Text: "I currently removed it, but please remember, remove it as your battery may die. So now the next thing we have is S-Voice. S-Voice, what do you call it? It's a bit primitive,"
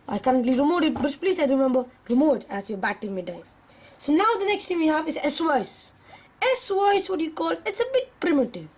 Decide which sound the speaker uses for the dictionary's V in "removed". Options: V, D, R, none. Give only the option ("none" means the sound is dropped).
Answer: none